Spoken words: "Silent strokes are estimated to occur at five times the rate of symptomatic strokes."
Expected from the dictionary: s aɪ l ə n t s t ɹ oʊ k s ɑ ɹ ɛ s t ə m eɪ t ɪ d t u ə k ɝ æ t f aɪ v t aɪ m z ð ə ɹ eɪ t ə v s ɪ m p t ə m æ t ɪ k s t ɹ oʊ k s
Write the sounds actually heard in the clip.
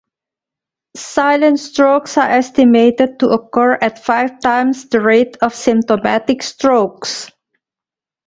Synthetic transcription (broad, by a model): s aɪ l ə n t s t ɹ oʊ k s ɑ ɹ ɛ s t ə m eɪ t ɪ d t u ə k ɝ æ t f aɪ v t aɪ m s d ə ɹ eɪ t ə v s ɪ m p t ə m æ t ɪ k s t ɹ oʊ k s